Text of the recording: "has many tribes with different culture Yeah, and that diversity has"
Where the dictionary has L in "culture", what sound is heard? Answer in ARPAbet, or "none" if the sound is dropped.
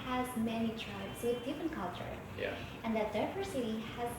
L